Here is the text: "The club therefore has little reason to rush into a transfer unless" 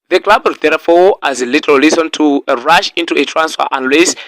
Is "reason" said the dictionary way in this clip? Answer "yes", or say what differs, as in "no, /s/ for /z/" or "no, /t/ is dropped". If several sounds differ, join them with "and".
no, /l/ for /ɹ/ and /s/ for /z/